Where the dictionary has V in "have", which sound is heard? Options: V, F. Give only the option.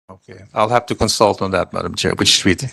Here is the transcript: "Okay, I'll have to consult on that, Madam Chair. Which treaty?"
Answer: F